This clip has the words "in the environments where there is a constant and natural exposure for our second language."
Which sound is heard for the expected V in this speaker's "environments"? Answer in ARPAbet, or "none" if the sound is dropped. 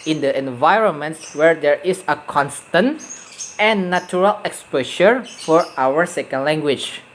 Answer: V